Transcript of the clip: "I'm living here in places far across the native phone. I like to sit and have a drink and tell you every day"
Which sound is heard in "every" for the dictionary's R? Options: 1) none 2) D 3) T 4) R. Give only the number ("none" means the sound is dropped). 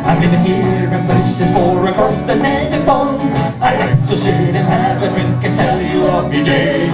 1